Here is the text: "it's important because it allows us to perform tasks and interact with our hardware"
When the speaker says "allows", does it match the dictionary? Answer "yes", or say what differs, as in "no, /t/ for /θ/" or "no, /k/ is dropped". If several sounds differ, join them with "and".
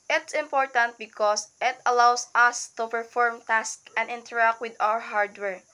no, /s/ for /z/